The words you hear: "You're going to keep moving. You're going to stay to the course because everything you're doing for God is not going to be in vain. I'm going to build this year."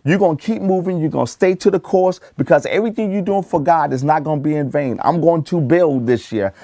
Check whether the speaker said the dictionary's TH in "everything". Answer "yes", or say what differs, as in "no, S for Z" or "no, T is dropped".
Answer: yes